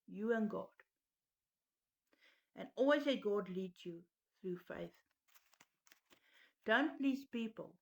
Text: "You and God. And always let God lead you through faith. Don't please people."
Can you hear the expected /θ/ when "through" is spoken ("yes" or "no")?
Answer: yes